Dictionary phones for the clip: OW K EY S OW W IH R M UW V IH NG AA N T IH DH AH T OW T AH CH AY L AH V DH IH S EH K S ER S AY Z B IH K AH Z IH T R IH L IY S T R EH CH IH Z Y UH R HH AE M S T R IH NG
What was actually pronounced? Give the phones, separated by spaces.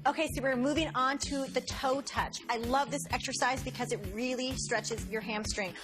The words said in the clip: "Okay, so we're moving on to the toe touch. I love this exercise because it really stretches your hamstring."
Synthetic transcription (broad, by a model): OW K EY S OW W IH R M UW V IH NG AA N T IH DH AH T OW T AH CH AY L AH V DH IH S EH K S ER S AY Z B IH K AH Z IH T R IH L IY S T R EH CH IH Z Y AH R HH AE M S T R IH NG